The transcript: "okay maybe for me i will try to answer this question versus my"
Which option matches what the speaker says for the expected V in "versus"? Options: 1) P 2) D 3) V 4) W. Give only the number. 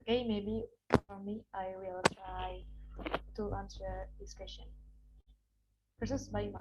1